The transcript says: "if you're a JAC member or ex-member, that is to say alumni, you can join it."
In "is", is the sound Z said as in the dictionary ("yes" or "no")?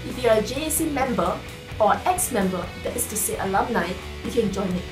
no